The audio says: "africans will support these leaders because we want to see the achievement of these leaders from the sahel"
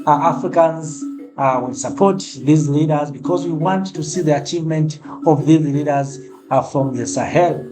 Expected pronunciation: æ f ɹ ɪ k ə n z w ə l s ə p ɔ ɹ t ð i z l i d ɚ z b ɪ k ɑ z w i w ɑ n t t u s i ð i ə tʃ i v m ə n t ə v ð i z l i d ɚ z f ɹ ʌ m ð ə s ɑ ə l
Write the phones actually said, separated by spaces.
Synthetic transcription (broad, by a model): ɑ f ɹ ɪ k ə n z w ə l s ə p ɔ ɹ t ð i z l i d ɚ z b ɪ k ɑ z w i w ɑ n t t u s i ð i ə tʃ i v m ə n t ə v ð i z l i d ɚ z f ɹ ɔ m ð ə s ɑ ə l